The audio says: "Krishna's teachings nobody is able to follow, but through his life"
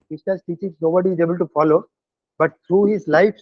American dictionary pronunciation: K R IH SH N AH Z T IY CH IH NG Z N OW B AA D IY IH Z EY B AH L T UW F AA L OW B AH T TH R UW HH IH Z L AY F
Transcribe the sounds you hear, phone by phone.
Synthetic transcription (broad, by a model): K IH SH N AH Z T IY CH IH Z N OW B AA D IY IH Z EY B AH L T UW F AA L OW B AH T T R UW HH IH Z L AY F